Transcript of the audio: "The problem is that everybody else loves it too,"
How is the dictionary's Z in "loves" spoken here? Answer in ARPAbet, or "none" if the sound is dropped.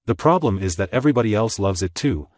Z